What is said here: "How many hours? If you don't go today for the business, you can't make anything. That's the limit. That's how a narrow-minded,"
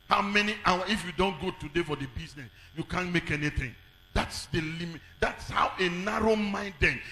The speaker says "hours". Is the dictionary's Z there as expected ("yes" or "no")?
no